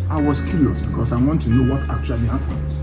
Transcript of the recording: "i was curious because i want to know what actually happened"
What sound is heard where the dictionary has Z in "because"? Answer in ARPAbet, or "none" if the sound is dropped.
S